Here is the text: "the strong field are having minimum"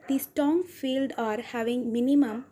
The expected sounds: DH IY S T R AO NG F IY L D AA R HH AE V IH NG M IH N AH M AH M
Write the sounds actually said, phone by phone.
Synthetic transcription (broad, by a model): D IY S T AO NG F IY L D AA R HH AE V IH NG M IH N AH M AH M